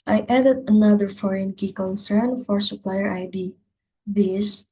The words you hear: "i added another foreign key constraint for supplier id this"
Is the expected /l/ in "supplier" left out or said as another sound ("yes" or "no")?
no